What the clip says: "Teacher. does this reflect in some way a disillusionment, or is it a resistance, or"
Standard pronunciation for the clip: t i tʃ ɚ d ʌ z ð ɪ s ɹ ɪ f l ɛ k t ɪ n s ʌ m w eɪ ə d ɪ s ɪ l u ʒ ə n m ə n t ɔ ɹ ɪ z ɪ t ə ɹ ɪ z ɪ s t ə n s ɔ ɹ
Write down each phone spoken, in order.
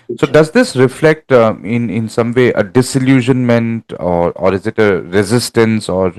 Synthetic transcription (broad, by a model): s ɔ d ʌ z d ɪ s ɹ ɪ f l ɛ k t ɪ n s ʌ m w eɪ ə d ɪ s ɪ l u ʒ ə n m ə n t ɔ ɹ ɪ z ɪ t ə ɹ ɪ z ɪ s t ə n s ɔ ɹ